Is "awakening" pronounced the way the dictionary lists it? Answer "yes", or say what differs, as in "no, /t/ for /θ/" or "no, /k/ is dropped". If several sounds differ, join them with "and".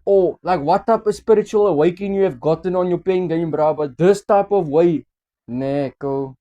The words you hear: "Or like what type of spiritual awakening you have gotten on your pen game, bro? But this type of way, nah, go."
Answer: no, /k/ is dropped